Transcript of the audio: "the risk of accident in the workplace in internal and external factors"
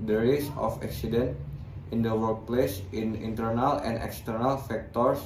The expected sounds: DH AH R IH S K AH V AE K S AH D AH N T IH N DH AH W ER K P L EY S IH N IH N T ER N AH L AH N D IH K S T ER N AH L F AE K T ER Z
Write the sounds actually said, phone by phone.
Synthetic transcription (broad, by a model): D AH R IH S AH F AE K S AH D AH N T IH N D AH W ER K P L EY S IH N IH N T ER N AH L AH N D IH K S T ER N AH L F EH K T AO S